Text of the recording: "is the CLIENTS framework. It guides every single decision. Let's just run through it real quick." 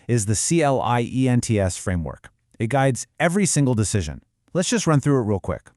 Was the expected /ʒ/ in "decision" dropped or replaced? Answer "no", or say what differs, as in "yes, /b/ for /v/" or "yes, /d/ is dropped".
no